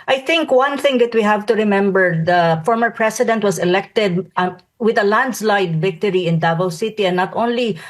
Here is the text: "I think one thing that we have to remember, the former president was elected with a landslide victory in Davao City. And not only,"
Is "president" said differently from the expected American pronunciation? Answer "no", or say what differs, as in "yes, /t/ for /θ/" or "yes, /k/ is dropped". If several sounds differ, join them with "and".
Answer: yes, /s/ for /z/